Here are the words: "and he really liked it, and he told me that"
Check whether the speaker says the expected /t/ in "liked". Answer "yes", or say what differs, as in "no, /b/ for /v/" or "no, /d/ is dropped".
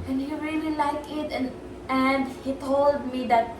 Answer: no, /t/ is dropped